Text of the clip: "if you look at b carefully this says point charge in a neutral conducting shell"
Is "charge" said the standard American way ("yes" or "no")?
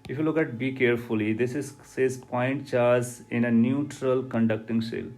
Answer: no